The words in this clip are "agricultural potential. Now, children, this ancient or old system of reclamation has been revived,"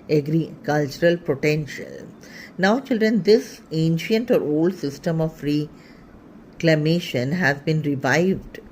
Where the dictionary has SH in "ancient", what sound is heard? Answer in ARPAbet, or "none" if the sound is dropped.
SH